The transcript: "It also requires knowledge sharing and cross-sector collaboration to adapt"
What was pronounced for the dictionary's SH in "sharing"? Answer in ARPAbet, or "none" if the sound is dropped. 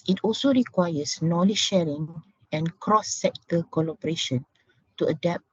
SH